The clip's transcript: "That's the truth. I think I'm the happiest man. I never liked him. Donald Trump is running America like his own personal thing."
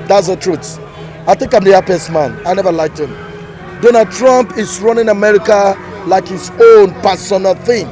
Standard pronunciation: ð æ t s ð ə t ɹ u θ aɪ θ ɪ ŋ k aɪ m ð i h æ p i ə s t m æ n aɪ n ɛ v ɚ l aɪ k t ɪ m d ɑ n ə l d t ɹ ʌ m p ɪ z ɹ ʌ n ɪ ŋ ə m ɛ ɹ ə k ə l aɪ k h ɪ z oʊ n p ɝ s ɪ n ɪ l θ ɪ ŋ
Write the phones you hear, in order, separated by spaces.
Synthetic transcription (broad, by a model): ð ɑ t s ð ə t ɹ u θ aɪ θ ɪ ŋ k aɪ m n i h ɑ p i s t m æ n aɪ n ɛ v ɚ l aɪ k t ɪ m d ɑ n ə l d t ɹ ʌ m p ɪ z ɹ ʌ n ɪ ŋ ə m ɛ ɹ ə k ə l aɪ k h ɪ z oʊ n p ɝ s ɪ n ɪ l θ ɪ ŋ